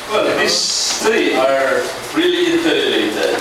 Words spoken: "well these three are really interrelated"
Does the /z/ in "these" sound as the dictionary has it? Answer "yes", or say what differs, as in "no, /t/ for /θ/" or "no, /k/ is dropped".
no, /z/ is dropped